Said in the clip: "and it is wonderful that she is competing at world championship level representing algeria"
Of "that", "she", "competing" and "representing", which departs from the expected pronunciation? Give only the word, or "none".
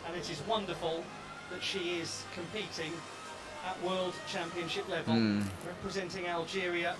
none